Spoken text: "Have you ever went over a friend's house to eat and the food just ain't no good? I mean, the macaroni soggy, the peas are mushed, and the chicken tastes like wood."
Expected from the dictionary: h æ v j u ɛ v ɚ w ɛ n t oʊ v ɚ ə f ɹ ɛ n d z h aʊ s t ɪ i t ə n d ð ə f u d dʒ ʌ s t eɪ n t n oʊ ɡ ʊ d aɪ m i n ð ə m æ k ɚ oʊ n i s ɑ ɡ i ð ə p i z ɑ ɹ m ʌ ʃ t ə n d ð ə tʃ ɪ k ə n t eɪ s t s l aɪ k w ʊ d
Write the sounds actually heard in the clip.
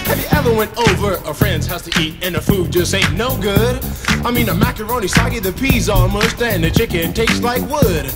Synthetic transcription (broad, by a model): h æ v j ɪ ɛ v ɚ w ɛ n t oʊ v ɚ ə f ɹ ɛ n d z h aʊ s t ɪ i t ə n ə f u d dʒ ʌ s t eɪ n n oʊ ɡ ʊ d aɪ m i n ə m æ k ɚ oʊ n i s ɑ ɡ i ð ə p i z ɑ l m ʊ s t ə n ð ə tʃ ɪ k ə n t eɪ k s l aɪ k w ʊ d